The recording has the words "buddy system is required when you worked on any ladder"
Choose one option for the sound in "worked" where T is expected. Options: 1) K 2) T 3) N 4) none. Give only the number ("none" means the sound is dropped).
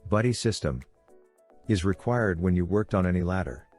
2